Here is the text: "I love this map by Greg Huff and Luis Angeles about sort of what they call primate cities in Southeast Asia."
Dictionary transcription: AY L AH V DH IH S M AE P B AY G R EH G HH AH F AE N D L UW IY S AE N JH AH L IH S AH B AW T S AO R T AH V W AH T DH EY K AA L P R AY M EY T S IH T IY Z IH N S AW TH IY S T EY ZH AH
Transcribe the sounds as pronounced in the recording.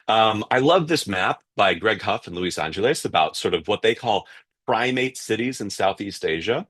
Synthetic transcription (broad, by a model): AY L AH V DH IH S M AE P B AY G R EH G HH AH F N L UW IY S AE N JH AH L IH S AH B AW T S AO R T AH V W AH T DH EY K AA L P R AY M EY T S IH T IY Z IH N S AW TH IY S T EY ZH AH